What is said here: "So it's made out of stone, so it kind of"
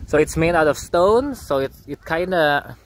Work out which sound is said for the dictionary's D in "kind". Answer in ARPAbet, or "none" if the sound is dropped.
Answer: D